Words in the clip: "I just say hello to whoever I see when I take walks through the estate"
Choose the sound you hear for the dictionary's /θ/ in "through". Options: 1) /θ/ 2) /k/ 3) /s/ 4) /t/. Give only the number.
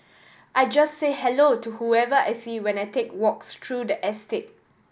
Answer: 4